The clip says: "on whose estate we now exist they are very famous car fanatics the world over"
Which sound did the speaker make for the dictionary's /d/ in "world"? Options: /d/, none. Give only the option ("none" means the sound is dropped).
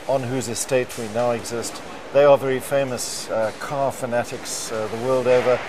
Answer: /d/